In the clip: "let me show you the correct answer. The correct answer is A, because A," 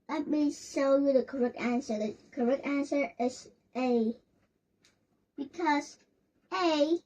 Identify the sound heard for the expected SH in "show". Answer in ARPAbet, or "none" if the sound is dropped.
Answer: S